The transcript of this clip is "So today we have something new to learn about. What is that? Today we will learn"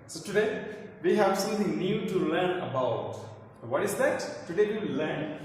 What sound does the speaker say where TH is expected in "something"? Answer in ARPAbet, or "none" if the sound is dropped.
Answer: T